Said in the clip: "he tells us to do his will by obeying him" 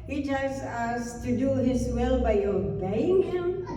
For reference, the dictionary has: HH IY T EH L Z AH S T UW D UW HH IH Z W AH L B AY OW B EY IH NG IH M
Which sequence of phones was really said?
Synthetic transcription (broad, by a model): HH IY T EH Z AH S T UW D UW HH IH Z W AH L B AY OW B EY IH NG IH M